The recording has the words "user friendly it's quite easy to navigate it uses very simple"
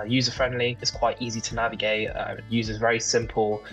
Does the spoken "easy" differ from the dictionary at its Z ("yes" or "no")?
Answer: no